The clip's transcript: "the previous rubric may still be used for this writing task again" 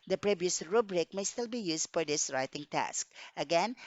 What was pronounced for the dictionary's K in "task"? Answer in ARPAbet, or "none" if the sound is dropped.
K